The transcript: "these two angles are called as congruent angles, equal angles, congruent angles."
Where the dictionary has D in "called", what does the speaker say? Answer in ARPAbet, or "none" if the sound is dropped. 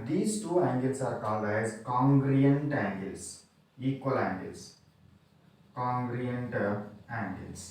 none